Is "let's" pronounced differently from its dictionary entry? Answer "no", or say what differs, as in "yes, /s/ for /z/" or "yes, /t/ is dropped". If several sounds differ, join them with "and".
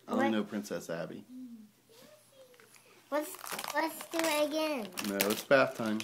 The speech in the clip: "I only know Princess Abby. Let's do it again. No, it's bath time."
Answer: yes, /w/ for /l/